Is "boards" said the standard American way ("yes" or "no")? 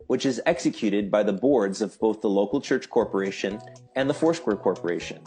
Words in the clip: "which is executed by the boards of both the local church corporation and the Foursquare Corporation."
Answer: yes